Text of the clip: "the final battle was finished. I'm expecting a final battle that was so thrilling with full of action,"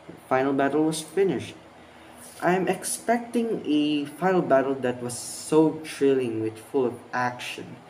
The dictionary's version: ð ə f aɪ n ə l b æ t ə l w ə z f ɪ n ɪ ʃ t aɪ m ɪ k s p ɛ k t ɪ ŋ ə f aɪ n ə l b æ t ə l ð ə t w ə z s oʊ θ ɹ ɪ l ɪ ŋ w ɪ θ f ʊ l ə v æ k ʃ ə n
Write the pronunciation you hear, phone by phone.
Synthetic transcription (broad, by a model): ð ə f aɪ n ə l b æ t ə l w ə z f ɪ n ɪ ʃ t aɪ m ɪ k s p ɛ k t ɪ ŋ ə f aɪ n ə l b æ t ə l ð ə t w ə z s oʊ t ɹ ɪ l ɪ ŋ w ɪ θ f ʊ l ə v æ k ʃ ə n